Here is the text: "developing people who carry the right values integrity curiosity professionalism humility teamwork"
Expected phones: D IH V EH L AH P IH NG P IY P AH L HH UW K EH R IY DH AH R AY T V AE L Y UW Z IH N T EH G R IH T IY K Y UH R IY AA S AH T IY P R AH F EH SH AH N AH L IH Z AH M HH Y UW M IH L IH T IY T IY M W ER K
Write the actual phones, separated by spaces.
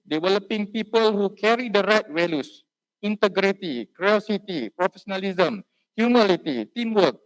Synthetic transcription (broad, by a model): D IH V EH L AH P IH NG P IY P AH L HH UW K EH R IY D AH R AY T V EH L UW S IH N T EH G R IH T IY K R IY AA S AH T IY P R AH F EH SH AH N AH L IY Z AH M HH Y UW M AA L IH T IY T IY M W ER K